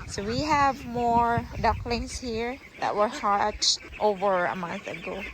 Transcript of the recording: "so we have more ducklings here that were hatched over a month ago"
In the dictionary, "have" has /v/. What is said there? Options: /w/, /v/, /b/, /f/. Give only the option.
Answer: /v/